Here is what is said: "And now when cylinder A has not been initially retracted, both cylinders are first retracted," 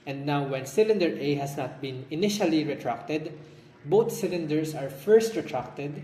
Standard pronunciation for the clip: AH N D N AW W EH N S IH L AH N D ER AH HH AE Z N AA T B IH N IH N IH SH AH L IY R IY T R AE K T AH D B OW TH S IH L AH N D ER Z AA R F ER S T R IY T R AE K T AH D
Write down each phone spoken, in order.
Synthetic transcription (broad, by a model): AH N D N AW W EH N S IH L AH N D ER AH HH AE S N AA T B IH N IH N IH SH AH L IY R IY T R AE K T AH D B OW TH S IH L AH N D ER S AA R F ER S T R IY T R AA K T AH D